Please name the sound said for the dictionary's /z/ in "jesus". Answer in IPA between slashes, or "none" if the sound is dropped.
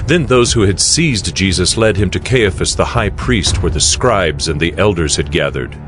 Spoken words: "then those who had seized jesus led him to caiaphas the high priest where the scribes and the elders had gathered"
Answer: /z/